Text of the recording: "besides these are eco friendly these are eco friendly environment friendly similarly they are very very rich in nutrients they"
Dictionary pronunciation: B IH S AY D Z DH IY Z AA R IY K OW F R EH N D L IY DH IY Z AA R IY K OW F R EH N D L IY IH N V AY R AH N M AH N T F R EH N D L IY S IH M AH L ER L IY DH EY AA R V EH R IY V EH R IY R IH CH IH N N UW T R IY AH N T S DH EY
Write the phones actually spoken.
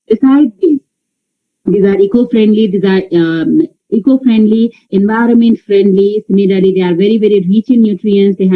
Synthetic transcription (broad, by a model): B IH S AY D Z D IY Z AA R IY K OW F R EH N D L IY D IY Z AA R IY K OW F R EH N D L IY IH N V AY R AH N M AH N T F R EH N D L IY S IH M AH L ER L IY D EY AA R V EH R IY V EH R IY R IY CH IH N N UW T R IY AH N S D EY